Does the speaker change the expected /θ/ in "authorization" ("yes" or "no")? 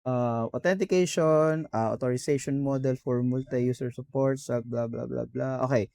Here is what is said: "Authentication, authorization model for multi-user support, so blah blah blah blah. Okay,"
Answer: yes